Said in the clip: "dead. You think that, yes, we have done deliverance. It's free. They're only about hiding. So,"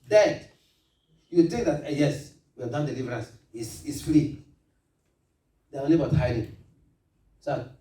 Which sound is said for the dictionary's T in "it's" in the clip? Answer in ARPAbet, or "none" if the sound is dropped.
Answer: S